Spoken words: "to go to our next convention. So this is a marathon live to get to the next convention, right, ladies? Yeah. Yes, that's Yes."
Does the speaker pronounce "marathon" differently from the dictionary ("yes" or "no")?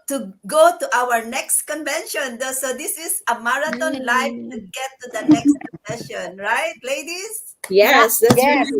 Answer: yes